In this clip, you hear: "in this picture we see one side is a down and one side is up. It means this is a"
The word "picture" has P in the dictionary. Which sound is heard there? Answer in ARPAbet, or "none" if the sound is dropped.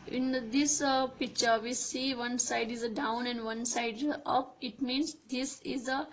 P